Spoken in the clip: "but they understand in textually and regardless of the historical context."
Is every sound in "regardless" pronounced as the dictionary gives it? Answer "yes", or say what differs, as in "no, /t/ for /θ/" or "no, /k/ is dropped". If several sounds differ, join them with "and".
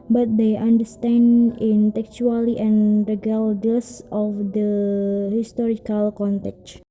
no, /l/ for /ɹ/ and /l/ is dropped